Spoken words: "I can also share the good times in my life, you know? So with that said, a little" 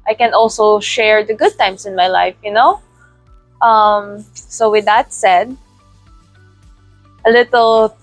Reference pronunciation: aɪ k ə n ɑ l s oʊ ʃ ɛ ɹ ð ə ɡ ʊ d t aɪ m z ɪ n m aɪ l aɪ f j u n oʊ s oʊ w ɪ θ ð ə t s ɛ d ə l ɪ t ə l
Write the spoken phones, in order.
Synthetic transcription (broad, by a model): aɪ k ə n ɑ l s oʊ ʃ ɛ ɹ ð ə ɡ ʊ d t aɪ m s ɪ n m aɪ l aɪ f j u n oʊ s oʊ w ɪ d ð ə t s ɛ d ə l ɪ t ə l